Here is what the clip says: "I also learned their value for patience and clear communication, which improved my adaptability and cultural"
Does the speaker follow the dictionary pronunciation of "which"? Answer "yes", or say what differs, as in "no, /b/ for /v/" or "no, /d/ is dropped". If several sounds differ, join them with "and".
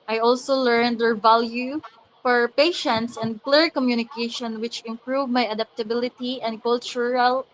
yes